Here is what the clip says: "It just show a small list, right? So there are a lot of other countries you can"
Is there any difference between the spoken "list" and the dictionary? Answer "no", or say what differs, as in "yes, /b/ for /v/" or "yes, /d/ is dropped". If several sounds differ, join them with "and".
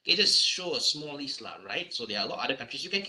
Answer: yes, /s/ is dropped